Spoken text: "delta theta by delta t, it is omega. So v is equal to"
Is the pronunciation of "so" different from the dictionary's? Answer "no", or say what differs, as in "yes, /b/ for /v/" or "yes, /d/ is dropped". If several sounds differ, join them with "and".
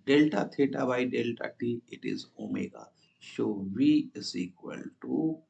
yes, /ʃ/ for /s/